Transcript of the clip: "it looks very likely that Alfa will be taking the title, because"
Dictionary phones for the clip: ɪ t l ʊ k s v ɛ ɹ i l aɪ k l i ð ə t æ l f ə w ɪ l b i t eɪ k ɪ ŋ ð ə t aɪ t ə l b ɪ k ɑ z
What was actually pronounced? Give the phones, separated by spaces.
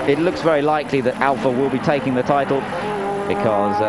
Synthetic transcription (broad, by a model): ɪ t l ʊ k s v ɛ ɹ i l aɪ k l i ð ə t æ l f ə w ɪ l b i t eɪ k ɪ ŋ ð ə t aɪ t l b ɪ k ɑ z